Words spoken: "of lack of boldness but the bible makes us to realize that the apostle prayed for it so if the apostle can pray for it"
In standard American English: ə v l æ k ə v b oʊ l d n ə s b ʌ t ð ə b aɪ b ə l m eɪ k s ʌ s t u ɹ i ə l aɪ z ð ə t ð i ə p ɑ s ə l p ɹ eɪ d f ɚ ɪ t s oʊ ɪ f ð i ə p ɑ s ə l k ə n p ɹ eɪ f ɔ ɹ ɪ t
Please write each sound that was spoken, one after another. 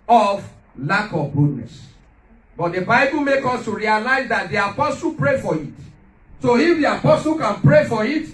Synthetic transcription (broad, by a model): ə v l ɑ k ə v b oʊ d n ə s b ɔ t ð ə b aɪ b ə l m eɪ k ɔ s t u ɹ i ə l aɪ z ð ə t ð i ə p ɑ s ə l p ɹ eɪ f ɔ ɪ t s oʊ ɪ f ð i ə p ɑ s ə l k ə n p ɹ eɪ f ɔ ɹ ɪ t